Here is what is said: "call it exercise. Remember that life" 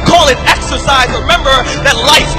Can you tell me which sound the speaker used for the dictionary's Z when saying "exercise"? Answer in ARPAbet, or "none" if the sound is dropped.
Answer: Z